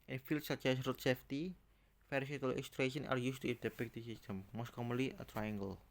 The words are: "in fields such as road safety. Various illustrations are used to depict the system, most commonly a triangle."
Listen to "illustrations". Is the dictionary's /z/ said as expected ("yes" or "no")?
no